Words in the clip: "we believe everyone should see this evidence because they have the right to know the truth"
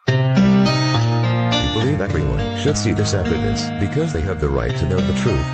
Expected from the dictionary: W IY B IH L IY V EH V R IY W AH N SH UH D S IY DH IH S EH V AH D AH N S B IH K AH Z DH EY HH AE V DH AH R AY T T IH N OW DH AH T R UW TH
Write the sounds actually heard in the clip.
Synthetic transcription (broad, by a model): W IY B IH L IY V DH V R IY W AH N SH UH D S IY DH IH S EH F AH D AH S B IH K AH Z DH EY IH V DH AH R AY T T IH N OW DH AH T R UW TH